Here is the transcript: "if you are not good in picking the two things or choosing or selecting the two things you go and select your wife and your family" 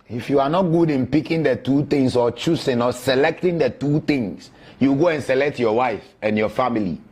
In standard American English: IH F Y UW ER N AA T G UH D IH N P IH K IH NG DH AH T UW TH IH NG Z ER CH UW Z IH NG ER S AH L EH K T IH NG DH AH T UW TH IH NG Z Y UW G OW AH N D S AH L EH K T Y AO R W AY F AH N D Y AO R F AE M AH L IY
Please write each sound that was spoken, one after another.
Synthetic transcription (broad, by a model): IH F Y UW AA N AA T G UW D IH N P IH K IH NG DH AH T UW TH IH NG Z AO CH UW S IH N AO S AH L EH K T IH NG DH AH T UW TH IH NG S Y UW G OW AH N S AH L EH K T Y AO W AY F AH N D Y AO F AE M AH L IY